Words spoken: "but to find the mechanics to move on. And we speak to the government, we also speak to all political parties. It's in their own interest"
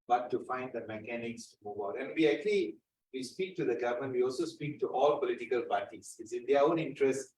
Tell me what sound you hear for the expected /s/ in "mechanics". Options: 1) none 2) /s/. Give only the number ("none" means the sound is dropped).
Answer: 2